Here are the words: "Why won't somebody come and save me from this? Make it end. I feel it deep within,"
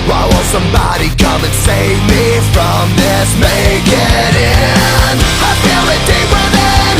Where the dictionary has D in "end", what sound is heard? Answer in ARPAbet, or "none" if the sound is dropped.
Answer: none